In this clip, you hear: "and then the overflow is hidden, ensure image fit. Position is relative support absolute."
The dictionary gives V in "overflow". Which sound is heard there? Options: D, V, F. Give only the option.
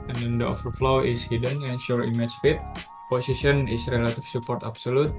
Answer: F